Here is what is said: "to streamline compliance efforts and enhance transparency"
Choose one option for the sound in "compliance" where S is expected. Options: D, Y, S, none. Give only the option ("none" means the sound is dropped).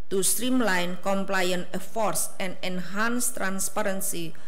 none